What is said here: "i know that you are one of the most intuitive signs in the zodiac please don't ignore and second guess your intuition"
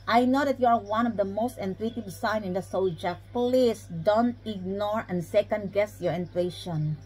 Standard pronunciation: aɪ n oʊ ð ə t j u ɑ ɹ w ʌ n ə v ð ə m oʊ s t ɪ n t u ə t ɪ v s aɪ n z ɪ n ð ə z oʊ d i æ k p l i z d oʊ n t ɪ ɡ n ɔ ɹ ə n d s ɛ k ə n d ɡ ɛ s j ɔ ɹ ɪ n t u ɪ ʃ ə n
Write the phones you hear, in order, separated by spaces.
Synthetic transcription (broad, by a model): aɪ n oʊ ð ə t j u ɑ ɹ w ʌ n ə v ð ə m oʊ s t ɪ n t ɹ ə t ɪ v s aɪ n ɪ n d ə s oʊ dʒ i p l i s d oʊ n t ɪ ɡ n ɔ ɹ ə n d s ɛ k ə n d ɡ ɛ s j ɔ ɹ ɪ n t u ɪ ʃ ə n